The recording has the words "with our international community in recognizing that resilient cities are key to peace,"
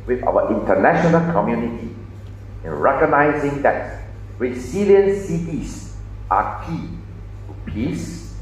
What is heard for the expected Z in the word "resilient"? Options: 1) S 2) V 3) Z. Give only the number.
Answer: 1